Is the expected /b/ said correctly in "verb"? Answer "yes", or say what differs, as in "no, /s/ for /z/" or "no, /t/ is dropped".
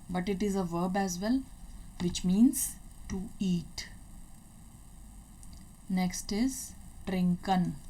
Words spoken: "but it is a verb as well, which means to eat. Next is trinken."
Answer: yes